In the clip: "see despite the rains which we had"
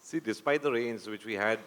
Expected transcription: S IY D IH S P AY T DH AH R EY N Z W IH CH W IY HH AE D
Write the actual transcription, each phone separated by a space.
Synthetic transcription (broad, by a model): S IY D IH S P AY T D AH R EY N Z W IH CH W IY HH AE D